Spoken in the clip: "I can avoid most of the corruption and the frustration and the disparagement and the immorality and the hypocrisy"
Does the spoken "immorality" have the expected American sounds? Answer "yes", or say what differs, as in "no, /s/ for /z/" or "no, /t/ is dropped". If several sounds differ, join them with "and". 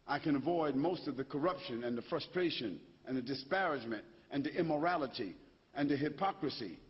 yes